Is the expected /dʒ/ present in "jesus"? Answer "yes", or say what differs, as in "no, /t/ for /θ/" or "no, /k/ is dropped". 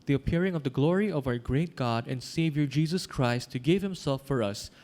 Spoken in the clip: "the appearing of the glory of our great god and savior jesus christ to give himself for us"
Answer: yes